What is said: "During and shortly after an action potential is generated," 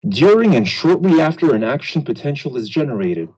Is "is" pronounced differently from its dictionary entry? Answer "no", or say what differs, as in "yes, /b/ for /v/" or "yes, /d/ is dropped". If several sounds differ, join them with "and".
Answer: no